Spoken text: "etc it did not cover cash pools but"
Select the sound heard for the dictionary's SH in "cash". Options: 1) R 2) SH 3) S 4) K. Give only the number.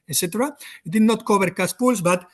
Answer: 3